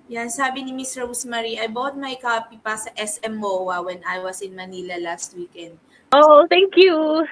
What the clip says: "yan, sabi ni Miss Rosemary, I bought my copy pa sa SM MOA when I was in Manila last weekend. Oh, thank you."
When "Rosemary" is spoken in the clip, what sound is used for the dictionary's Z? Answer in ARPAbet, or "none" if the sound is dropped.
S